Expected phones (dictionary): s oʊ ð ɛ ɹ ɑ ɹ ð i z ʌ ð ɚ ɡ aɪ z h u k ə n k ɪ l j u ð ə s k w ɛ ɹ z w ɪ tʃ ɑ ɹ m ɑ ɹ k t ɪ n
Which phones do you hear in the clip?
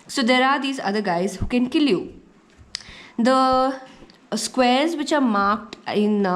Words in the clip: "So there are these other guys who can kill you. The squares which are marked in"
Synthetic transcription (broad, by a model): s oʊ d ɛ ɹ ɑ ɹ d i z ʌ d ɚ ɡ aɪ z h u k ə n k ɪ l j u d ə s k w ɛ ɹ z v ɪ tʃ ɑ ɹ m ɑ ɹ k t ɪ n